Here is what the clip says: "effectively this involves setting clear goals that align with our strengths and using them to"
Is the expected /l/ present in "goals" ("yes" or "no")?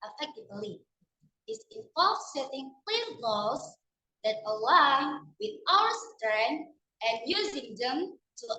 no